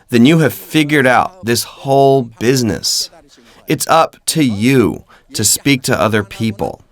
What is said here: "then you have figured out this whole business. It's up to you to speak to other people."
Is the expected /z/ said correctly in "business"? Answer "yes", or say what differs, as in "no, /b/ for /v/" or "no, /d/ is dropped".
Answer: yes